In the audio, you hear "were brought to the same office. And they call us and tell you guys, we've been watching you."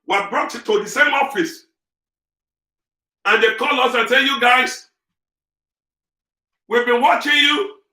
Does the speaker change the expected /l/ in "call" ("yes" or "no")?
no